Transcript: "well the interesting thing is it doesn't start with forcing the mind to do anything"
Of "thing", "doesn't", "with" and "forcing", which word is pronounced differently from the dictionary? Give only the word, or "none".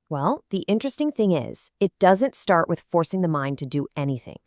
none